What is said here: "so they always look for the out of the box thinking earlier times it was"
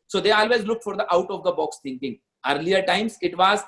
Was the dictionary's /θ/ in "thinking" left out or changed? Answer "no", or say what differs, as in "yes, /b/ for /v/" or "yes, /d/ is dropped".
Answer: yes, /t/ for /θ/